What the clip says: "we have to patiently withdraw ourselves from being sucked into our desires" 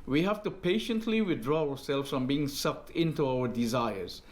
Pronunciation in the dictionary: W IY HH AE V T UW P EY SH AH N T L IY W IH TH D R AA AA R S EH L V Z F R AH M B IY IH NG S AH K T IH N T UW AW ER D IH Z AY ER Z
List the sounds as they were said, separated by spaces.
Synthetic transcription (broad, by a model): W IY HH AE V T UW P EY SH AH N T L IY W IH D R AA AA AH S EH L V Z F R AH M B IY IH NG S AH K T IH N T UW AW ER D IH Z AY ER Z